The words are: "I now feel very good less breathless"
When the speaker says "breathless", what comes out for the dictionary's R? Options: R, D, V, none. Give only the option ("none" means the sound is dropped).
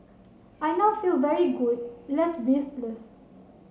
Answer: none